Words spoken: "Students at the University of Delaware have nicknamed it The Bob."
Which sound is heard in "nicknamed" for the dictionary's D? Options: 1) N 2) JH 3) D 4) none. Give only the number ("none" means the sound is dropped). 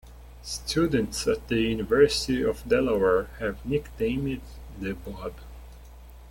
4